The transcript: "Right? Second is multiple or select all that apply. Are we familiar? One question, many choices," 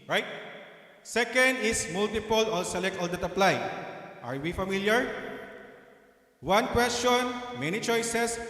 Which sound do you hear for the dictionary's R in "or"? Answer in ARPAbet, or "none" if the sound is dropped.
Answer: L